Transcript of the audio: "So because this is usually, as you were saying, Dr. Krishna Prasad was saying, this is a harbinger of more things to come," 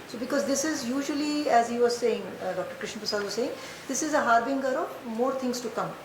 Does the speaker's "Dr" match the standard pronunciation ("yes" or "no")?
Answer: yes